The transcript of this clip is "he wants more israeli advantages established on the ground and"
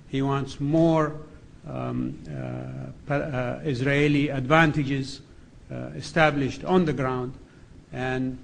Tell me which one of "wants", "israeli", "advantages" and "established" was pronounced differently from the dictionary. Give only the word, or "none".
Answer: none